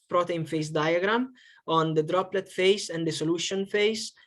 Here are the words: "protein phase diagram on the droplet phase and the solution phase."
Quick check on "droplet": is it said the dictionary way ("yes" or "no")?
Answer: yes